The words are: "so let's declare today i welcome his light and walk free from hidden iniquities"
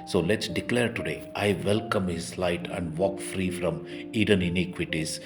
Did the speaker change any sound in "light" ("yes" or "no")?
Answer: no